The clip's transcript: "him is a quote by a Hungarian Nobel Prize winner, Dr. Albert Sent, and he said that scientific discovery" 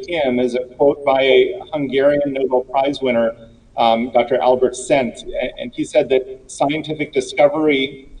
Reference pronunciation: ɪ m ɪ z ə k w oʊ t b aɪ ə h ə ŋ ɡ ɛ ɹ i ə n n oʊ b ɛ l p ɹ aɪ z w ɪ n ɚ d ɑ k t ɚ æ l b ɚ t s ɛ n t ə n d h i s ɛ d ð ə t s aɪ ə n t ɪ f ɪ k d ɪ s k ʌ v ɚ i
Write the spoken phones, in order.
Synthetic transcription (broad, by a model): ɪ m ɪ z ə k w oʊ t b aɪ ə h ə ŋ ɡ ɛ ɹ i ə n n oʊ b l p ɹ aɪ z w ɪ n ɚ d ɑ k t ɚ æ l b ɚ t s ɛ n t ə n i s ɛ d ð ə t s aɪ ə n t ɪ f ɪ k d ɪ s k ʌ v ɚ i